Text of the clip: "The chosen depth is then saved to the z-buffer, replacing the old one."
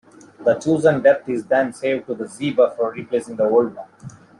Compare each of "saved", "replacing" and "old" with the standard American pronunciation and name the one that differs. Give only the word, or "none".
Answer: none